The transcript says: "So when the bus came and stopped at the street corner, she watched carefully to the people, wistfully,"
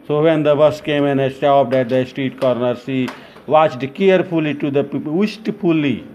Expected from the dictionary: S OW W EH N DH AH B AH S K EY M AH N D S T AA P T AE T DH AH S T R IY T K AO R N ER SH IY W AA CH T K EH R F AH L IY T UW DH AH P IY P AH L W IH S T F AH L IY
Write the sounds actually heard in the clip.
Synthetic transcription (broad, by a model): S OW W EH N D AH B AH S K EY M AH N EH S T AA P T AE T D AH S T R IY T K AO R N ER S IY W AA CH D K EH R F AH L IY T UW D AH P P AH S T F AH L IY